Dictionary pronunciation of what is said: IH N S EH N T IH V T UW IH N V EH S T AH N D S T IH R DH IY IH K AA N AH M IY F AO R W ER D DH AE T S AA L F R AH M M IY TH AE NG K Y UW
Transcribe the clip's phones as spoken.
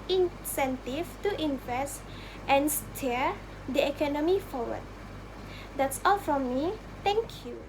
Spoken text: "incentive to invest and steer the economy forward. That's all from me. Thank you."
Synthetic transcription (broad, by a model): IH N S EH N T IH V T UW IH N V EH S T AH N S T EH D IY IH K AA N AH M IY F AO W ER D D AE T S AA L F R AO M M IY T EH NG K Y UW